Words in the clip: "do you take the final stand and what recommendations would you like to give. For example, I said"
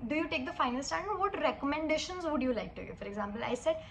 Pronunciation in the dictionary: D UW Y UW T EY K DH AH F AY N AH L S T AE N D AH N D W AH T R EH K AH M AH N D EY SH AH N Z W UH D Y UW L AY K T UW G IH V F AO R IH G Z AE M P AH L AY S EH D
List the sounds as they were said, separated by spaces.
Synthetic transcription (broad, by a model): D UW Y UW T EY K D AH F AY N AH L S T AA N AH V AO T R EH K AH M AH N D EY SH AH N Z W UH D Y UW L AY K T UW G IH F AO R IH G Z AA M P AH L AY S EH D